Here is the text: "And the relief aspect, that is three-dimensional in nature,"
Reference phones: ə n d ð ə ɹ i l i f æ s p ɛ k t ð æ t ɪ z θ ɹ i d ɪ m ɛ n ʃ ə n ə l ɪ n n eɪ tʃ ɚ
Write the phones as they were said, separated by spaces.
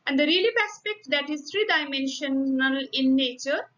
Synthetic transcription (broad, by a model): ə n d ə ɹ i l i p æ s p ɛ k t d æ t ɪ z t ɹ i d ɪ m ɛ n ʃ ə n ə l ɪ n n eɪ tʃ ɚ